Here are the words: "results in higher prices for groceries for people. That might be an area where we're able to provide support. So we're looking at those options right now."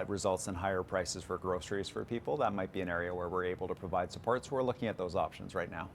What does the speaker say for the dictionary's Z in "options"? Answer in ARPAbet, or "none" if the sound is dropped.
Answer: Z